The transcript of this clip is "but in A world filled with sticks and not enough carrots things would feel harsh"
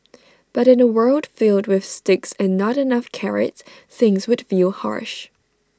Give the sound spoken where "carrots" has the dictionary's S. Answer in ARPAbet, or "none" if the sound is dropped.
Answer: none